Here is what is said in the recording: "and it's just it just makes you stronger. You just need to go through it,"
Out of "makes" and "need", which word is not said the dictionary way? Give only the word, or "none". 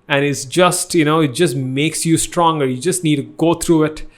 none